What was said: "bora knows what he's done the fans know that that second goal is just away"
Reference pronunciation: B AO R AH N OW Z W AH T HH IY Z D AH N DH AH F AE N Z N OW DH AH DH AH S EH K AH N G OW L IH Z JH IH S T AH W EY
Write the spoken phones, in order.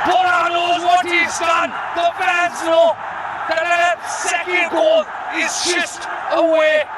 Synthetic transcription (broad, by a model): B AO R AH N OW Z W AH T HH IY Z D AH N DH AH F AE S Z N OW DH AH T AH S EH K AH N G OW L IH Z CH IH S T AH W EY